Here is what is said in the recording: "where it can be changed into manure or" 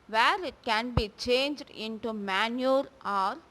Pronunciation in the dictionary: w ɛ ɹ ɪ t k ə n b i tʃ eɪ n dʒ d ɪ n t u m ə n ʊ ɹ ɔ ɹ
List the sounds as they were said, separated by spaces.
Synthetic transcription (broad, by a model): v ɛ ɹ ɪ t k ə n b i tʃ eɪ n dʒ d ɪ n t u m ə n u ɹ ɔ ɹ